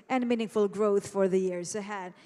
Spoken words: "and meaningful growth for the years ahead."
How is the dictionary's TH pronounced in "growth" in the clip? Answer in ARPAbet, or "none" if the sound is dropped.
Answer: TH